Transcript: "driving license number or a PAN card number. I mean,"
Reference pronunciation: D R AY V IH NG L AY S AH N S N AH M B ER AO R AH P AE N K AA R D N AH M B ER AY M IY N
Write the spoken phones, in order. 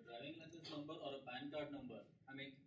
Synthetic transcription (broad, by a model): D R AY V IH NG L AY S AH S N AH M B ER AO R AH B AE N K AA R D N AH M B ER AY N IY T